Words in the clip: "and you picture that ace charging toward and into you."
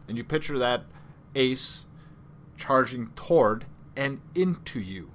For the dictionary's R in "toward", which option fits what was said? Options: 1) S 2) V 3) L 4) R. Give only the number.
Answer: 4